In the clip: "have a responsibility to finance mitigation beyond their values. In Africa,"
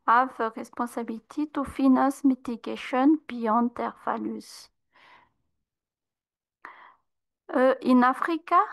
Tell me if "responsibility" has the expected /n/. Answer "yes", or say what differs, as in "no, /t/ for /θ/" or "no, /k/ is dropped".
no, /n/ is dropped